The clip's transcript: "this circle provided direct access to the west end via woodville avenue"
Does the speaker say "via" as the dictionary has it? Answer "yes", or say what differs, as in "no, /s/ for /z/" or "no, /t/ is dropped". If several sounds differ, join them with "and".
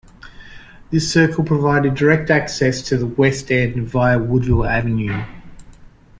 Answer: yes